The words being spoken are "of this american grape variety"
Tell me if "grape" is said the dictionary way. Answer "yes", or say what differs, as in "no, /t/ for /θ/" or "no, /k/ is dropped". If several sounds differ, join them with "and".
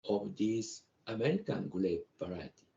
no, /l/ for /ɹ/